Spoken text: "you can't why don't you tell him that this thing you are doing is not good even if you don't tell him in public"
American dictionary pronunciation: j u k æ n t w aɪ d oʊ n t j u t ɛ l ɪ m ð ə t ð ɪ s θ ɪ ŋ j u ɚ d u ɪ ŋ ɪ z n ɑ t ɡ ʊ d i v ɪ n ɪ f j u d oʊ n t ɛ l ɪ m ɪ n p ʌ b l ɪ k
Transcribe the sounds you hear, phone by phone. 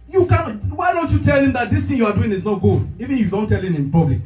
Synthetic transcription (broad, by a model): j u k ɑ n w aɪ d oʊ n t j u t ɛ l ɪ m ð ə t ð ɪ s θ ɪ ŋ j u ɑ d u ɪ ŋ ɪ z n ɑ t ɡ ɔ i v ɪ n j u d oʊ n t ɛ l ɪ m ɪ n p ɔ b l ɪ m